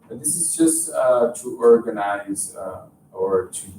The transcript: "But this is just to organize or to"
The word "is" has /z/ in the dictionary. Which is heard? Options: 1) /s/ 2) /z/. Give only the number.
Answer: 2